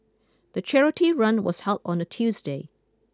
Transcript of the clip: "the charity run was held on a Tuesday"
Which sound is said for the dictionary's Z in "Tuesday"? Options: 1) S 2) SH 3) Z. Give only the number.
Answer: 3